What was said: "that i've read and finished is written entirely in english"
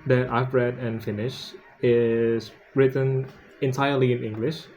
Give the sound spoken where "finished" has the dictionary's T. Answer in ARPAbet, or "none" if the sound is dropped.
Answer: none